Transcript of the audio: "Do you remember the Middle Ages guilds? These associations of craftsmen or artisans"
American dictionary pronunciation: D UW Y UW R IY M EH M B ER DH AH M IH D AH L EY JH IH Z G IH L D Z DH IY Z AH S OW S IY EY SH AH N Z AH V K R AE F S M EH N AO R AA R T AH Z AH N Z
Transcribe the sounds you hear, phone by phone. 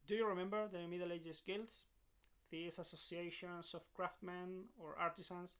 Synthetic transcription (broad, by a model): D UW Y UW R IY M EH M B ER DH AH M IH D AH L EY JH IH S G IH L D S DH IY S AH S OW S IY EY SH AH N S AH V K R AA F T M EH N AO R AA R T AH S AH N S